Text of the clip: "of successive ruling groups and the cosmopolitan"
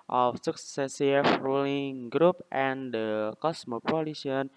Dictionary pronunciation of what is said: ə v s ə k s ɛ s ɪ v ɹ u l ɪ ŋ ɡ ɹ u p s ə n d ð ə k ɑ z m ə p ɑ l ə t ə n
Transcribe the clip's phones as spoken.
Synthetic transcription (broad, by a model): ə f s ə k s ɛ s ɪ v ɹ u l ɪ ŋ ɡ ɹ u p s ə n d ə k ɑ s m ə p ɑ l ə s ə n